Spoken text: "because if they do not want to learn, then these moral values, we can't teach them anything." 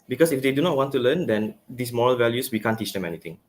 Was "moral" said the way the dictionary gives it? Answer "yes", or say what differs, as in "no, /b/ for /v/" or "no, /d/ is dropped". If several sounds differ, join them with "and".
yes